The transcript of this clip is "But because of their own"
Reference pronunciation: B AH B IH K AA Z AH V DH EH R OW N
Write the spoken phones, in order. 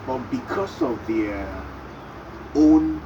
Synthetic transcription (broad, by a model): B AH B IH K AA S AH V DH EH OW N